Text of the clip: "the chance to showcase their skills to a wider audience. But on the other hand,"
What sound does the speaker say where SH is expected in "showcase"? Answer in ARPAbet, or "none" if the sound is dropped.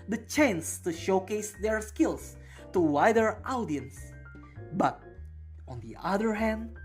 SH